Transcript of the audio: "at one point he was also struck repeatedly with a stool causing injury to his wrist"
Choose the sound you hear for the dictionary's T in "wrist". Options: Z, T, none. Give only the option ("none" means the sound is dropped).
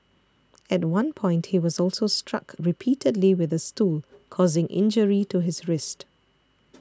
T